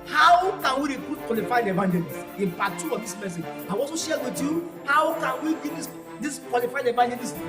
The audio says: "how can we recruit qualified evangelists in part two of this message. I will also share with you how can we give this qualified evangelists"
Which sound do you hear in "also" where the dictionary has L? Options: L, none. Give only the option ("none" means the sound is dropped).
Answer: none